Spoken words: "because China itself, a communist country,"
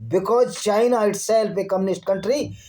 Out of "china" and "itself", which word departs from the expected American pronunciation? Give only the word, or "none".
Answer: itself